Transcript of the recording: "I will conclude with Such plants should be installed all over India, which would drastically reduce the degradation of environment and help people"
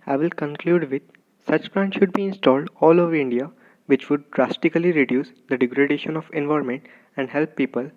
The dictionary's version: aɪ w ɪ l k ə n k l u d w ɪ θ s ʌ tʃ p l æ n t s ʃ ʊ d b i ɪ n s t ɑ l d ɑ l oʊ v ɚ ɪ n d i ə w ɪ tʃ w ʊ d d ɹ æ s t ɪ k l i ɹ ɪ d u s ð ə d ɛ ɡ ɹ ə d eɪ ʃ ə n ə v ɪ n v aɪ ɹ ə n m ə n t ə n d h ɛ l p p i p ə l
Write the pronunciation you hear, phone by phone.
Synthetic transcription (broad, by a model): aɪ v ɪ l k ə n k l u d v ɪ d s ʌ tʃ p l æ n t ʃ ʊ d b i ɪ n s t ɑ l d ɑ l oʊ v ɚ ɪ n d i ə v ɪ tʃ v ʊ d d ɹ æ s t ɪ k l i ɹ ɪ d u s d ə d ɛ ɡ ɹ ə d eɪ ʃ ə n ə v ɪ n v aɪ ɹ m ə n t ə n d h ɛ l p p i p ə l